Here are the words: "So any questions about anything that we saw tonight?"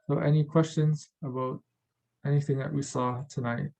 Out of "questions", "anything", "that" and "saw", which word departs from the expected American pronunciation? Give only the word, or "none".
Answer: none